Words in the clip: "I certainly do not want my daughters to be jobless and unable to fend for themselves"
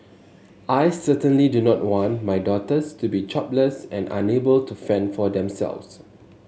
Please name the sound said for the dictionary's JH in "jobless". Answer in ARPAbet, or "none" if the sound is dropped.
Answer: CH